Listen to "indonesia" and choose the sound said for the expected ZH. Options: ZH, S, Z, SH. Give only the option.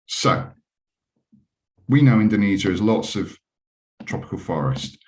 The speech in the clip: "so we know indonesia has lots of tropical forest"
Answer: Z